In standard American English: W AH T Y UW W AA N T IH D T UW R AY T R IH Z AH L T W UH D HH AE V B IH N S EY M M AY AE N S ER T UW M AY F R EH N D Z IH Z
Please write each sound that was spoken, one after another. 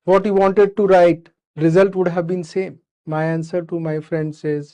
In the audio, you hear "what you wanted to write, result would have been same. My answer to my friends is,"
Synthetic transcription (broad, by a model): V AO T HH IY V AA N T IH D T UW R AY T R IH Z AH L T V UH D HH AE V B IH N S EY M M AY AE N S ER T UW M AY F R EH N D S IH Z